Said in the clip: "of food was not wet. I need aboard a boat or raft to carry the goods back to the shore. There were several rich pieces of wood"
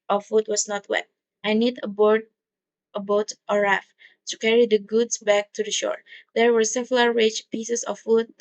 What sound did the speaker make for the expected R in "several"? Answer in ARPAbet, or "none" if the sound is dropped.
L